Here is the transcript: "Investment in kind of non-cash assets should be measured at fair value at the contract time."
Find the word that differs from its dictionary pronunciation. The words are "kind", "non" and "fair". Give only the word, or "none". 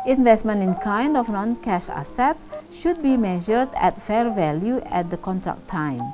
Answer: none